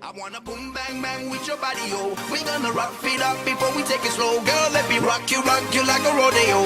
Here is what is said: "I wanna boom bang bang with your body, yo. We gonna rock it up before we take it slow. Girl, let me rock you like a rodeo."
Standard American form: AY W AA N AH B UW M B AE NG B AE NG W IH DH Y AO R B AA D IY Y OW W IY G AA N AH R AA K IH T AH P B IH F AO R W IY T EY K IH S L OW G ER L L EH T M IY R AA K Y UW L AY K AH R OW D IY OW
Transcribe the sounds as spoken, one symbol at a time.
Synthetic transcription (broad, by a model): AY W AA N AH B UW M B AE NG B AE NG W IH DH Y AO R B AA D IY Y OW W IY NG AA N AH R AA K IH T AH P B IH F AO R W IY T EY K IH S L OW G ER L L EH T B IY R AA K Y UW L AY K AH R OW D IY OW